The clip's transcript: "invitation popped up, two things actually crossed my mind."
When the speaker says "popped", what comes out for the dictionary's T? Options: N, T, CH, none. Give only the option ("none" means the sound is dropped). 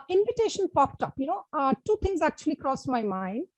T